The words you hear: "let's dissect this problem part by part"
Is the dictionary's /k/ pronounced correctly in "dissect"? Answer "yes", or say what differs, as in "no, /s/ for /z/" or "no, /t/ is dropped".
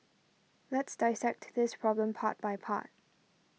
yes